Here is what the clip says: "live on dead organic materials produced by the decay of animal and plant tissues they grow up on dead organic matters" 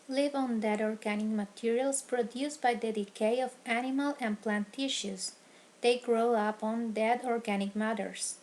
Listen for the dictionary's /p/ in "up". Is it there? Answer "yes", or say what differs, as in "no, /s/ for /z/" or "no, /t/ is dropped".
yes